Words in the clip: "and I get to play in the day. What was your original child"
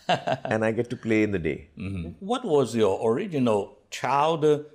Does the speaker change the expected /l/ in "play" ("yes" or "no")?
no